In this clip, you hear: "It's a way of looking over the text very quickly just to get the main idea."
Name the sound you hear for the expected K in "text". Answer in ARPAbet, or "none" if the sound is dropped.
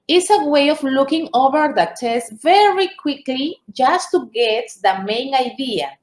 none